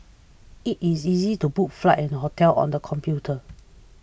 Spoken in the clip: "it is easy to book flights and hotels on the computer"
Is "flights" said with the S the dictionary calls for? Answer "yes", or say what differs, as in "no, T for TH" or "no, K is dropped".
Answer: no, S is dropped